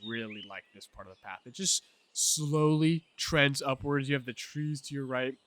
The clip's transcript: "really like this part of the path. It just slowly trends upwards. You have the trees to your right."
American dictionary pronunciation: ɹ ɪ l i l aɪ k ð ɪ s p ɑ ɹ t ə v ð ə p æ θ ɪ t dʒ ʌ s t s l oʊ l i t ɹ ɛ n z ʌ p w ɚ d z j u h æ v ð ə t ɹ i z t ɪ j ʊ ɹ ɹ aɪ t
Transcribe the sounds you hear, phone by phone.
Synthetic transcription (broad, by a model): ɹ ɪ l i l aɪ k ð ɪ s p ɑ ɹ t ə v ð ə p æ θ ɪ t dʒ ʌ s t s l oʊ l i t ɹ ɛ n z ʌ p w ɚ d z j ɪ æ v ð ə t ɹ i z t ɪ j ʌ ɹ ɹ aɪ t